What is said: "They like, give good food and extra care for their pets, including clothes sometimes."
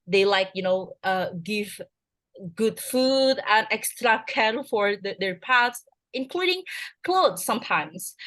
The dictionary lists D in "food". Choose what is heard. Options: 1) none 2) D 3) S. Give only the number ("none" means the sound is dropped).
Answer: 2